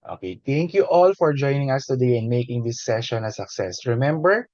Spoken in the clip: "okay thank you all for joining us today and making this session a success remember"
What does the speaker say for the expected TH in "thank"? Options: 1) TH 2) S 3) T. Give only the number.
3